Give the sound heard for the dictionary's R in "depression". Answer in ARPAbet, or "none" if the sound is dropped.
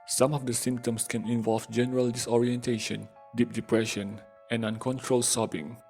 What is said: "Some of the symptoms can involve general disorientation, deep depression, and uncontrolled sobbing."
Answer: R